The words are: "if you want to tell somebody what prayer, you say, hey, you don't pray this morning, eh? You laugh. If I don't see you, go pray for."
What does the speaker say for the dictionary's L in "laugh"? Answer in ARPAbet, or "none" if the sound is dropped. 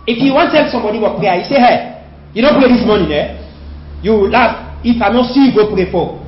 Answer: W